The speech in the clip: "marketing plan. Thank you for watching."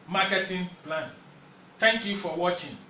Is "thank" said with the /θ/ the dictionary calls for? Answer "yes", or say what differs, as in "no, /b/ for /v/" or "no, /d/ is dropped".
no, /t/ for /θ/